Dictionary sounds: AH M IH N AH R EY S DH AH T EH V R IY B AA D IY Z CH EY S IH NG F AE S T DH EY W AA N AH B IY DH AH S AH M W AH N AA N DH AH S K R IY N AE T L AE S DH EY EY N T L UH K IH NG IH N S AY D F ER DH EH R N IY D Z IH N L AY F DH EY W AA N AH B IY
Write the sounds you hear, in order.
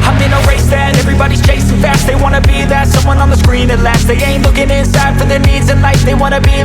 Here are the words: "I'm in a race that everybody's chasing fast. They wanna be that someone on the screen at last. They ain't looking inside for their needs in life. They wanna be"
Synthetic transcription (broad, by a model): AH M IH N AH R EY S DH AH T EH V R IY B AA D IY Z CH EY S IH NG F AE S T DH EY W AA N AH B IY DH AH S AH M W AH N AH N DH AH S K R IY N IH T L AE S DH EY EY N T L UH K IH NG IH N S AY D F ER DH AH R N IY D Z IH N L AY F DH EY W AA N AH B IY